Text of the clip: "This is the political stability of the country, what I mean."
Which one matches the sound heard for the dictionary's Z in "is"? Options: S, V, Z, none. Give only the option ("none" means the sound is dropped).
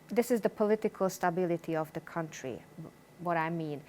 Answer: Z